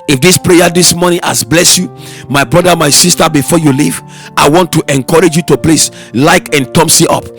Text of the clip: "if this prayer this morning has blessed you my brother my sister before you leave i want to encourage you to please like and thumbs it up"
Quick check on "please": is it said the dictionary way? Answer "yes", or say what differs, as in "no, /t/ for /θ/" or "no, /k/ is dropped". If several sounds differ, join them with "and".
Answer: no, /s/ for /z/